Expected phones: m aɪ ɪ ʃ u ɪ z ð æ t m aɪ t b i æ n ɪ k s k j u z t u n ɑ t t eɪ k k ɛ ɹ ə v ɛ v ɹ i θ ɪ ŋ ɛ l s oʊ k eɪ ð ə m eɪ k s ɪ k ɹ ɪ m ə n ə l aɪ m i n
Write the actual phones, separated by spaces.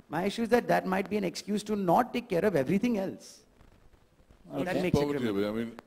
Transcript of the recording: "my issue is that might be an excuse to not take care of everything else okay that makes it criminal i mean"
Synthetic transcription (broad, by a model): m aɪ ɪ ʃ u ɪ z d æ t m aɪ t b i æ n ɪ k s k j u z t u n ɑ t t eɪ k k ɛ ɹ ə v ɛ v ɹ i t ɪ ŋ ɛ l s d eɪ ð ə m eɪ k s ɪ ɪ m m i n